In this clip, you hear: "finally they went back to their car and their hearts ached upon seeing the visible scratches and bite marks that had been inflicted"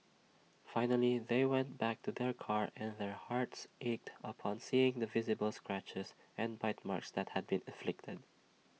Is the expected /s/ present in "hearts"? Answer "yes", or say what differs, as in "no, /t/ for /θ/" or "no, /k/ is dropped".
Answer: yes